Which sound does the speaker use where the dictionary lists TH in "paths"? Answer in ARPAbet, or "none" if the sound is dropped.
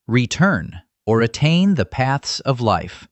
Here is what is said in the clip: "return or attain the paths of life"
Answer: TH